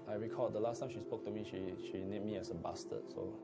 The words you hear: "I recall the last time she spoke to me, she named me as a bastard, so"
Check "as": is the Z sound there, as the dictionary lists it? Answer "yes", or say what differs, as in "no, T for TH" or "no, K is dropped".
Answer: no, S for Z